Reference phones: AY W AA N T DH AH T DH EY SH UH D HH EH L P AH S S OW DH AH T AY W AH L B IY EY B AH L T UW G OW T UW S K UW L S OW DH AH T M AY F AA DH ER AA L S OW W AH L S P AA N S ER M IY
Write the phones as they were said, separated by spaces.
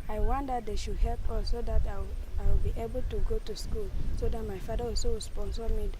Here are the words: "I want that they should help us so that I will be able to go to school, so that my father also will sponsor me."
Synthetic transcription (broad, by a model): AY W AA N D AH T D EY SH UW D HH EH L P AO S S OW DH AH T AY W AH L B IY EY B AH L T UW G OW T UW S K UW L S OW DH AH T M AY F AA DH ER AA S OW S P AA N S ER M IY